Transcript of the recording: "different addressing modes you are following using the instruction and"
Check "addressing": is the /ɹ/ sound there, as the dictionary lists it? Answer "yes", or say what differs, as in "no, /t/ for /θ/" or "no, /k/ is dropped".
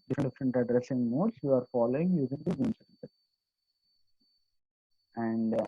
yes